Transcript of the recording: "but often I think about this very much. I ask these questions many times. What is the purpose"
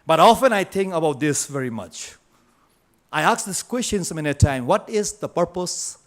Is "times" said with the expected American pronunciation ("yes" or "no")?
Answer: no